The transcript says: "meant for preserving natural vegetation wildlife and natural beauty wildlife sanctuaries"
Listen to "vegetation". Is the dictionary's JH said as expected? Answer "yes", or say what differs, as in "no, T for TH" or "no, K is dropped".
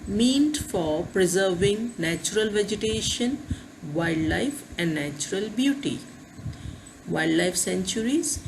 yes